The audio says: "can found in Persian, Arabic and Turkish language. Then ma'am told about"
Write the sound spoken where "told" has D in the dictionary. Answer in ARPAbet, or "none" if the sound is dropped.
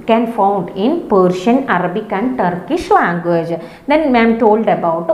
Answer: D